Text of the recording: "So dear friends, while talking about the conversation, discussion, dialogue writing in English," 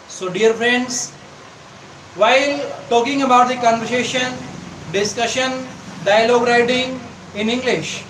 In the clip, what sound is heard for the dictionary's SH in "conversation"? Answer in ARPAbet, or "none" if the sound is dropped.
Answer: SH